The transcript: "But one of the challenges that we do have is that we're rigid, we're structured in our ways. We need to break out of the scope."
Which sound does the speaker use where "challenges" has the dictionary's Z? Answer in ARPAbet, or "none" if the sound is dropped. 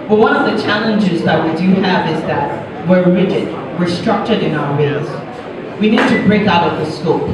Z